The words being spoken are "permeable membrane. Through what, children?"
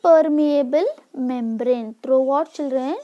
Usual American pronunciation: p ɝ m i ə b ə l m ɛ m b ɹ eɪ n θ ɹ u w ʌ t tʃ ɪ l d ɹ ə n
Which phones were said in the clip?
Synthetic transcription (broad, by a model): p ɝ m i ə b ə l m ɛ m b ɹ eɪ n t ɹ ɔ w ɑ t tʃ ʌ l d ɹ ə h